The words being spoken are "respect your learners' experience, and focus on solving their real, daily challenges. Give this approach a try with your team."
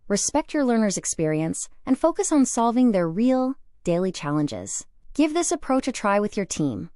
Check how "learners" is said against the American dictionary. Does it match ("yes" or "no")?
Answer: yes